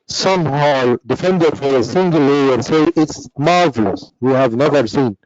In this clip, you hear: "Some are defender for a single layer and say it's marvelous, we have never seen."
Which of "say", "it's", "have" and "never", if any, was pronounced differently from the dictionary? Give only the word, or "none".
none